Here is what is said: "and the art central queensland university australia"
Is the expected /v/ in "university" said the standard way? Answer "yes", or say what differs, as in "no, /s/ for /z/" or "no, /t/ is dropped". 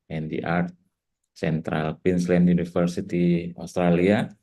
no, /f/ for /v/